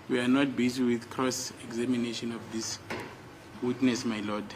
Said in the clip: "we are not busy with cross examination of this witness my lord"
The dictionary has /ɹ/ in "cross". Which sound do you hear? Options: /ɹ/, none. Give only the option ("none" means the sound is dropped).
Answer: /ɹ/